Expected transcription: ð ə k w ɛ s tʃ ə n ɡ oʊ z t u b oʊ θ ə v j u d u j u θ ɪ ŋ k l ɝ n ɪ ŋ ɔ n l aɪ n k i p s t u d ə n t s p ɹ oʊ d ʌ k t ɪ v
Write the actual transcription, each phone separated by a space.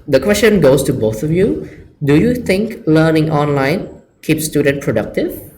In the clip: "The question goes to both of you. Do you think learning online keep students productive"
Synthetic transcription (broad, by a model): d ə k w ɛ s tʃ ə n ɡ oʊ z t u b oʊ t ə v j u d u j u t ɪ ŋ k l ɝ n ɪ ŋ ɔ n l aɪ n k i p s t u d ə n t p ɹ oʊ d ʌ k t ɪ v